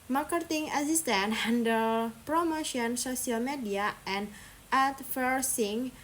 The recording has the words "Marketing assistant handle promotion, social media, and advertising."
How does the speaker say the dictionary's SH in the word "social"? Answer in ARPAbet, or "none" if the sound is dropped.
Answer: S